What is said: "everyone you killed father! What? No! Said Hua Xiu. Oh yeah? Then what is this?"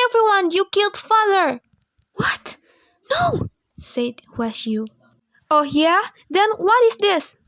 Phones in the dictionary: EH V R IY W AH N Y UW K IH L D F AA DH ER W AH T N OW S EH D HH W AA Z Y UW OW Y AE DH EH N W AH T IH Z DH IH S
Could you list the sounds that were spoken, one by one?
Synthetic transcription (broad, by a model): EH V R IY W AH N Y UW K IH L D F AA DH ER W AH T N OW S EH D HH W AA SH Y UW OW Y AE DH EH N W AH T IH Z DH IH S